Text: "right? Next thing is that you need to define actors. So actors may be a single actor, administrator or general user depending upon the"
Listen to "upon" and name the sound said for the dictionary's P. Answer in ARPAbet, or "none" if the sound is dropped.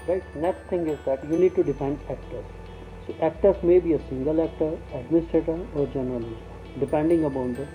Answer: B